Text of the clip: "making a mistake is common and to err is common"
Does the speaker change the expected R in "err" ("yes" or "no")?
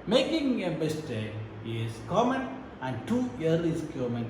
yes